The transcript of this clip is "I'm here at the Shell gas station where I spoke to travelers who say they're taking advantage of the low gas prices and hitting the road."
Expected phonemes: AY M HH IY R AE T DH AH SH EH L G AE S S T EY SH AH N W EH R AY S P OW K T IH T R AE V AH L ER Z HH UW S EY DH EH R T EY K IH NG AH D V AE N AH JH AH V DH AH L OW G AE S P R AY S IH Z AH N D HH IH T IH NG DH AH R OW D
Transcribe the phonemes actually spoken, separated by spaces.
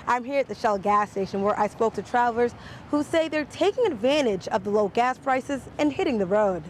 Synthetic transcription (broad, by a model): AY M HH IY R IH T DH AH SH EH L G AE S S T EY SH AH N W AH R AY S P OW K T IH T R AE AH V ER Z HH UW S EY DH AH R T EY K IH NG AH D V AE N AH JH AH V DH AH L OW G AE S P R AY S IH Z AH N HH IH T IH NG DH AH R OW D